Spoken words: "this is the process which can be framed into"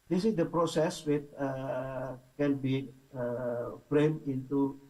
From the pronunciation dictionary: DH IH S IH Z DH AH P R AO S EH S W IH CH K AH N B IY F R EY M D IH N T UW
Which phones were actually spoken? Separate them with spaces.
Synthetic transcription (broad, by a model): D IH S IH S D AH P R AO S EH S W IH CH K AH N B IY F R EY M IH N T UW